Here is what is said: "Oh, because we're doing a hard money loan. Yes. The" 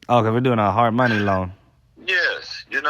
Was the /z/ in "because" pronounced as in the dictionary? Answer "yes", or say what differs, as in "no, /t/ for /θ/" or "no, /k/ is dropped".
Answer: no, /z/ is dropped